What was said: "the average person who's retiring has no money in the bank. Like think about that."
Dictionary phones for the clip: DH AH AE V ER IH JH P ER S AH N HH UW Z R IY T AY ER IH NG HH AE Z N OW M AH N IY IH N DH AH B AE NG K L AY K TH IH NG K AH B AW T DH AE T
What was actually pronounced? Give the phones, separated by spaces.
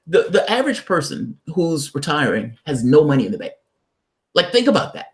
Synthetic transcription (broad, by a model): DH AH AE V ER IH JH P ER S AH N HH UW Z R IY T AY ER IH NG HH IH Z N OW M AH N IY IH N DH AH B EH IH L AY K TH IH NG K AH B AW T DH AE T